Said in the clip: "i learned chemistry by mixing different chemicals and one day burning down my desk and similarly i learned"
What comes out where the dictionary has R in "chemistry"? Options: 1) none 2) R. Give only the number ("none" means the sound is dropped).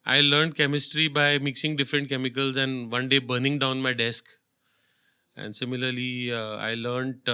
2